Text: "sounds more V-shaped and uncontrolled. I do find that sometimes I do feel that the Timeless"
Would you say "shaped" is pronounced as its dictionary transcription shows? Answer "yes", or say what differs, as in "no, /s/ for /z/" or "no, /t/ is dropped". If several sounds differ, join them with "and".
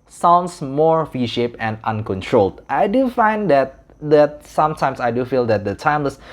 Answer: no, /t/ is dropped